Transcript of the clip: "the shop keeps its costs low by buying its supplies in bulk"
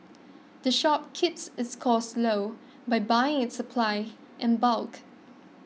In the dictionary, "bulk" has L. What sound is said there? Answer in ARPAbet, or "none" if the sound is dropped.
L